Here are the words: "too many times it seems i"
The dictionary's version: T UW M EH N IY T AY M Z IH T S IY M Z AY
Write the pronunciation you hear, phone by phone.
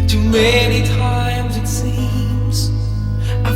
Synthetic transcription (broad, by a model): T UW M EH N IY T AY M Z IH T S IY M Z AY